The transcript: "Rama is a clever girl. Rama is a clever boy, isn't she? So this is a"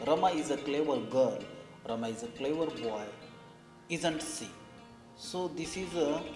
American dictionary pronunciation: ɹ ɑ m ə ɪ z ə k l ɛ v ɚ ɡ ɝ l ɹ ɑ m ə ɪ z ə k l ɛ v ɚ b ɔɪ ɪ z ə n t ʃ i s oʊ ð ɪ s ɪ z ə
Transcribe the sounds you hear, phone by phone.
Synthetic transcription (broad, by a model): ɹ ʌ m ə ɪ z ə k l ɛ v ɚ ɡ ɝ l ɹ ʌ m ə ɪ z ə k l ɛ v ɚ b ɔɪ ɪ z ə n t s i s oʊ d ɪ s ɪ z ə